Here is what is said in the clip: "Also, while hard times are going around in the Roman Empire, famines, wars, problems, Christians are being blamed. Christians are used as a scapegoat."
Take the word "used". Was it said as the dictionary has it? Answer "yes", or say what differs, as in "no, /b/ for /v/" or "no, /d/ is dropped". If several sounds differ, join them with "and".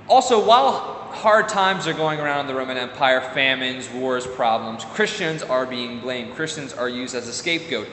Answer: yes